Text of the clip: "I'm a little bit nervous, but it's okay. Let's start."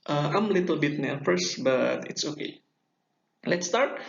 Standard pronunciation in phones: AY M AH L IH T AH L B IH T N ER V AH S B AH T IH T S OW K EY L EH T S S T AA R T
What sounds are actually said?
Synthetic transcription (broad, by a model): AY M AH L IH T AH L B IH T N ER F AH S B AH T IH T S OW K EY L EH T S S T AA R T